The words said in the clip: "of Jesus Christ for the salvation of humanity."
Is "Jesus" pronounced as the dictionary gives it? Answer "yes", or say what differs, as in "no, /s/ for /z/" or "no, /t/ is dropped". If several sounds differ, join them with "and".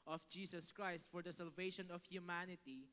no, /s/ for /z/